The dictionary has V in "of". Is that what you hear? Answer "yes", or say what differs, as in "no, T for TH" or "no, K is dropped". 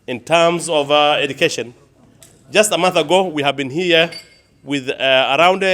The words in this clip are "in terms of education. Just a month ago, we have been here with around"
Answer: yes